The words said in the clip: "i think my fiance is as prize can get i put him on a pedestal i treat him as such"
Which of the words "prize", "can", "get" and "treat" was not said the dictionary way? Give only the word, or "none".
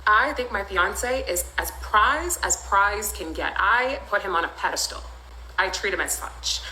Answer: none